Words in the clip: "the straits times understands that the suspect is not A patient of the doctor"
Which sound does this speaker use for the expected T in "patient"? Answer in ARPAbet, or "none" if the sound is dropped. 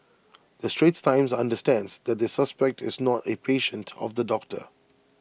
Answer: T